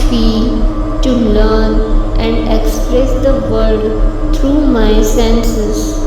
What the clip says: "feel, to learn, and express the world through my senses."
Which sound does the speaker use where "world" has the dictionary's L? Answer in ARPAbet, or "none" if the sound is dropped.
none